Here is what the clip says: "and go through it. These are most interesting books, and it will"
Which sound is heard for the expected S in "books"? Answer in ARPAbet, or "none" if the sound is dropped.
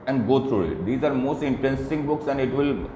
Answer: S